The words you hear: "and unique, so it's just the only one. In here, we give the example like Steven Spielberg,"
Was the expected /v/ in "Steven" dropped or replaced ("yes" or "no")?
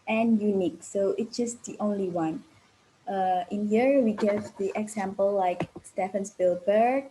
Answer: yes